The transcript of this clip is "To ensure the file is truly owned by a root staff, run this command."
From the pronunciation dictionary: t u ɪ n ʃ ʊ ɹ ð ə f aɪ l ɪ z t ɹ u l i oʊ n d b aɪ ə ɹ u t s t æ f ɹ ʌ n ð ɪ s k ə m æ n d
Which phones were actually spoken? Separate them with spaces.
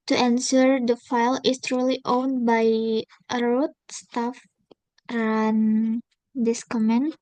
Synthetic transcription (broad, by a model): t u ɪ n s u ɹ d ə f aɪ l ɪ s t ɹ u l i oʊ n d b aɪ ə ɹ u t s t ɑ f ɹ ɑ n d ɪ s k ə m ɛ n